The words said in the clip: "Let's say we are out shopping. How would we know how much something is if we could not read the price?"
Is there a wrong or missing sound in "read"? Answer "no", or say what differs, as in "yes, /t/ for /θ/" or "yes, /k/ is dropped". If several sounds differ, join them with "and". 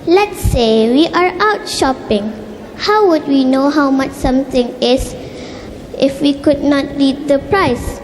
yes, /l/ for /ɹ/